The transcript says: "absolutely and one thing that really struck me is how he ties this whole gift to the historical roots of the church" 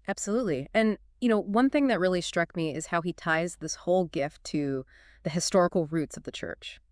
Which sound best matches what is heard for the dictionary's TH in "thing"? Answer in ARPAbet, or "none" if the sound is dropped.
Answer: TH